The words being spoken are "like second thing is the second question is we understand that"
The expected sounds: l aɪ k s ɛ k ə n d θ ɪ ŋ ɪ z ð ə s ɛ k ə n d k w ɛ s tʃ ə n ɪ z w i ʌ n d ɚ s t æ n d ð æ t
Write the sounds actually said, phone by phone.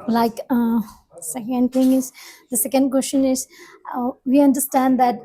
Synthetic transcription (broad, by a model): l aɪ k s ɛ k ə n d t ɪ ŋ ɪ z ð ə s ɛ k ə n d k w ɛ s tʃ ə n ɪ z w i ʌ n d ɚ s t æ n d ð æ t